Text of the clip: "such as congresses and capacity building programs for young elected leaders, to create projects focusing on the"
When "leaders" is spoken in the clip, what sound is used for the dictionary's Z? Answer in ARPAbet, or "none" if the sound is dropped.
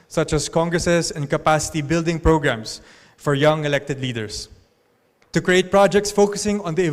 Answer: S